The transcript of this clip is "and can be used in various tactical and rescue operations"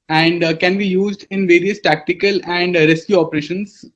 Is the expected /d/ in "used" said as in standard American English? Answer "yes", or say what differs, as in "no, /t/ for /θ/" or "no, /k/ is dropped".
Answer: yes